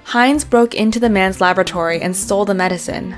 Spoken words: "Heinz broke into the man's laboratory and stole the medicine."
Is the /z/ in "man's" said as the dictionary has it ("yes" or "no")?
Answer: yes